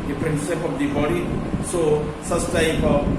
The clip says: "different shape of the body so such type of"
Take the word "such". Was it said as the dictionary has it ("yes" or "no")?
no